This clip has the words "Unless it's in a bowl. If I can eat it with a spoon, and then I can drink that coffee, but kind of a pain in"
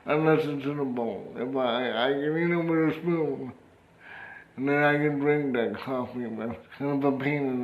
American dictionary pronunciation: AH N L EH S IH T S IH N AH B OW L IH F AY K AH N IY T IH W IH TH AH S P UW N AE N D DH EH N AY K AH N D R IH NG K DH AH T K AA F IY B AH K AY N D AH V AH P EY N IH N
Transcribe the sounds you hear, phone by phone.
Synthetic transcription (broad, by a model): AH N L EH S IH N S IH N AH B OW N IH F AY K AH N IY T IH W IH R AH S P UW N N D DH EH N AY K AH N D R IH NG K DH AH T K AA F IY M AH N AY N AH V AH P EY N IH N